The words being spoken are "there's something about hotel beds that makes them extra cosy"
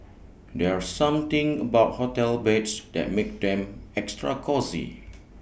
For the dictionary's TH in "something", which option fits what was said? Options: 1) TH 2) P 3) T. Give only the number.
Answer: 3